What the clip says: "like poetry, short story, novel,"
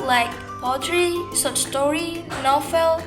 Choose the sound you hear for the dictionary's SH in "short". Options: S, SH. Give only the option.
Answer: S